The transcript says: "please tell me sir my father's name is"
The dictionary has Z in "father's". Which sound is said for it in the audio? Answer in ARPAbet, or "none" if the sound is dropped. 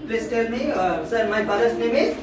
S